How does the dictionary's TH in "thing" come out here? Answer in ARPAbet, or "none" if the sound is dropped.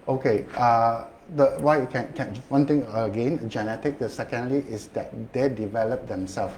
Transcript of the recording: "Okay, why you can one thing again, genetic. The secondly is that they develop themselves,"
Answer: T